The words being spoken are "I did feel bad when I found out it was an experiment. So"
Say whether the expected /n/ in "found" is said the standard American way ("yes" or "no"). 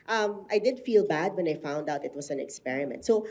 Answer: yes